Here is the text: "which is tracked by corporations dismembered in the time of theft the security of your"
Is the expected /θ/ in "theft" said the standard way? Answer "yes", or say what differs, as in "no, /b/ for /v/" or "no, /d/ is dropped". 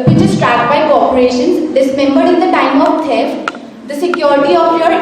no, /t/ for /θ/